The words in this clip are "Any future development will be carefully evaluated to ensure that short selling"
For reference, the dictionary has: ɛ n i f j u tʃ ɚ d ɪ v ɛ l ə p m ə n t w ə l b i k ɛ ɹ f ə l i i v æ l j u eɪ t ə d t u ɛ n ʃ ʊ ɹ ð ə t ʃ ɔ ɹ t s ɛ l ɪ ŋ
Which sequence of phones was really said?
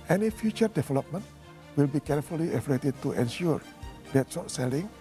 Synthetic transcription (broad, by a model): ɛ n i f j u tʃ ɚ d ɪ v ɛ l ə p m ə n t w ə l b i k ɛ ɹ f ə l i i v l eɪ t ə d t u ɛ n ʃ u ɹ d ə t s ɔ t s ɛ l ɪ ŋ